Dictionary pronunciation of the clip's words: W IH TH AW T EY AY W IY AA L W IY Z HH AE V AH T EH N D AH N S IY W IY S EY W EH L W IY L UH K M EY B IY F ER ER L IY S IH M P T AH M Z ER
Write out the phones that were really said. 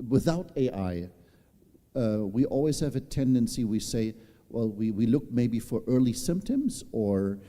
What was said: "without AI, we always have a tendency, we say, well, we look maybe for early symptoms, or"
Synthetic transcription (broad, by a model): W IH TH AW T EY AY W IY AA L W IY Z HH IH V AH T EH N D AH N S IY W IY S EY W EH L W IY L UH K M EY B IY F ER ER L IY S IH M P T AH M Z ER